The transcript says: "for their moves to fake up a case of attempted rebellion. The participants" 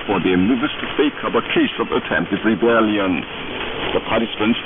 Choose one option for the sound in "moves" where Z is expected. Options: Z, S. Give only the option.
S